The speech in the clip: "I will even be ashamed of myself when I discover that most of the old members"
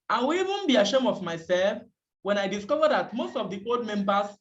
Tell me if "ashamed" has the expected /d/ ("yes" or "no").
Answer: no